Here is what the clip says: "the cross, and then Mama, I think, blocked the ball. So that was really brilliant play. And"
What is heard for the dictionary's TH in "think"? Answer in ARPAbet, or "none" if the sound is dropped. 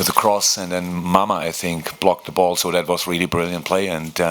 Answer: TH